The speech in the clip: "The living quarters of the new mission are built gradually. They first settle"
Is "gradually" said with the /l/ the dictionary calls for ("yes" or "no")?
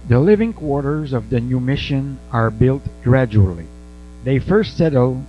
yes